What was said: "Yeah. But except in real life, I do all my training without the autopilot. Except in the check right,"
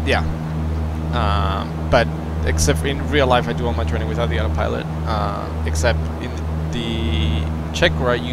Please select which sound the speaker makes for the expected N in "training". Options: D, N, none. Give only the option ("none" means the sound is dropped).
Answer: none